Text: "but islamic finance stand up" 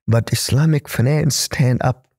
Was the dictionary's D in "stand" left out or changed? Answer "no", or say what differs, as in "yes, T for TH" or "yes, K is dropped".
no